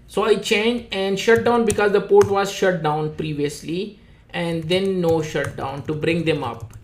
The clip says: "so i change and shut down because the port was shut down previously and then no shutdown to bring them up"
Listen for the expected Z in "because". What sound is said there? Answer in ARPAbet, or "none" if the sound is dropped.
Z